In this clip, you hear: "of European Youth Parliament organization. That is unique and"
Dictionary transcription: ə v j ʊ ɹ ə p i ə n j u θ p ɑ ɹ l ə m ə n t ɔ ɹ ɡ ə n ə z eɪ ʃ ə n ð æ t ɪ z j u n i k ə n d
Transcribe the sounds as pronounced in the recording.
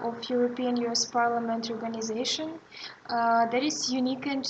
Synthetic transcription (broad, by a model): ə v j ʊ ɹ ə p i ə n j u s p ɑ ɹ l ə m ə n t ɔ ɹ ɡ ə n ə z eɪ ʃ ə n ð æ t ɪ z j u n i k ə n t